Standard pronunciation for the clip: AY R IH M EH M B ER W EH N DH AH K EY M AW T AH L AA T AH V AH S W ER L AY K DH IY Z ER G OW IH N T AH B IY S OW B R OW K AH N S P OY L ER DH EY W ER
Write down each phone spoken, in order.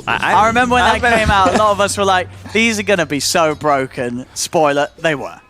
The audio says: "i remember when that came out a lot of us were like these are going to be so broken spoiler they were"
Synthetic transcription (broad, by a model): AY R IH M EH M B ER W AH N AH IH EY M AW T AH L AA T AH V AH S W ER L AY K DH IY Z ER G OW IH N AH B IY S OW B R OW K AH N S P OY L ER DH EY W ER